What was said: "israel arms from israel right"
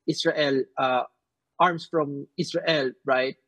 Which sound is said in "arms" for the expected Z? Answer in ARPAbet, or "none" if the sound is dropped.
S